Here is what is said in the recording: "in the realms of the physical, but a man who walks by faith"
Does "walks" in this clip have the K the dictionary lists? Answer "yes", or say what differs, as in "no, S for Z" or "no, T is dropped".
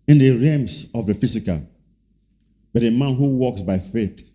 yes